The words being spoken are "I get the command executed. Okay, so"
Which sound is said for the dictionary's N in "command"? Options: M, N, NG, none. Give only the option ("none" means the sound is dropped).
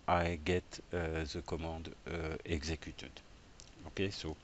none